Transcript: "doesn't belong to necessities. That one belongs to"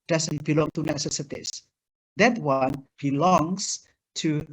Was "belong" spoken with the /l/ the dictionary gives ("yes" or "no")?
yes